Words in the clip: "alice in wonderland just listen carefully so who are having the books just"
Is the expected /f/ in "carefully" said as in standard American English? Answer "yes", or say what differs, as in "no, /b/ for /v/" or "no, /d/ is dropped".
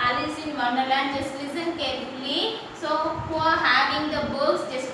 no, /f/ is dropped